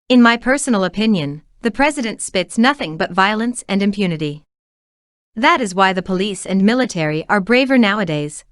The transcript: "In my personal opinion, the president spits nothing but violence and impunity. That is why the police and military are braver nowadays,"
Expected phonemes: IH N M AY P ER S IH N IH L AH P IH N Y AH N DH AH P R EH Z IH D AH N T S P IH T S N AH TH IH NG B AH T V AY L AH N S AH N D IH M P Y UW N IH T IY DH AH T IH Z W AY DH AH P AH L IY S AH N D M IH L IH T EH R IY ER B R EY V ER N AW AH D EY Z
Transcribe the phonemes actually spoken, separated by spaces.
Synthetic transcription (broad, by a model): IH N M AY P ER S N L AH P IH N Y AH N DH AH P R EH Z IH D AH N T S P IH T S N AH TH IH NG B AH T V AY L AH N S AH N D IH M P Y UW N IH T IY DH AH T IH Z W AY DH AH P AH L IY S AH N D M IH L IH T EH R IY ER B R EY V ER N AW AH D EY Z